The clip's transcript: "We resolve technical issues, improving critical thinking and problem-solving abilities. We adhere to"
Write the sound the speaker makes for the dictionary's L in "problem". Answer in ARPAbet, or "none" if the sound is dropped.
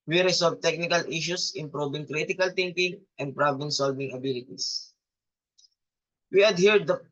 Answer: none